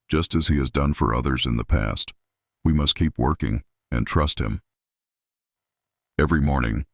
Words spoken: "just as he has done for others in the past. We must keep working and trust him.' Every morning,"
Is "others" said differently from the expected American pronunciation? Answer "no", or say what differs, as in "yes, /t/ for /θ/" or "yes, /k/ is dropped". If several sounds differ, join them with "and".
no